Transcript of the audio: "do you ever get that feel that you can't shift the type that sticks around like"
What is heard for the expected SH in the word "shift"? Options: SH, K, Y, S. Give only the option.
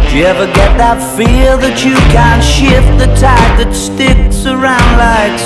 SH